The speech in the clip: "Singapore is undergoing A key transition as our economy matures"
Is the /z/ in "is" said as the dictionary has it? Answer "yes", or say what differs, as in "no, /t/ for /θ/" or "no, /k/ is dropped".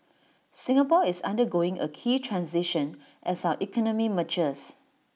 no, /s/ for /z/